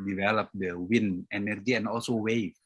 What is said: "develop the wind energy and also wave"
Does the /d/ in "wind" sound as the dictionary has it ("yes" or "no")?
no